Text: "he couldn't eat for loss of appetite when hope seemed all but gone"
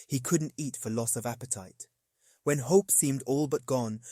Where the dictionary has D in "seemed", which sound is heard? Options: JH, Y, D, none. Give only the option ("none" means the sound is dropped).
D